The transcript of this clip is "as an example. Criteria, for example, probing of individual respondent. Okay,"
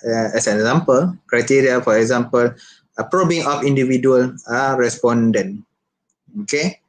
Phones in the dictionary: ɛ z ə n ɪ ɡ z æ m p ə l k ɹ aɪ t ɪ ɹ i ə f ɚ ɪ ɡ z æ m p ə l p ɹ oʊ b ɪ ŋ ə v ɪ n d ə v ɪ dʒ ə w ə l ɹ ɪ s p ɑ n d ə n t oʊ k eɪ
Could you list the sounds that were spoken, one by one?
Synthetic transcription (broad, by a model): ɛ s ə n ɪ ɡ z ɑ m p ə l k ɹ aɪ t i ɹ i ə f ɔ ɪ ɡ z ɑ m p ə l p ɹ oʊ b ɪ ŋ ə f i n d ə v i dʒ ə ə l ɹ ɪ s p ɑ n d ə n oʊ k eɪ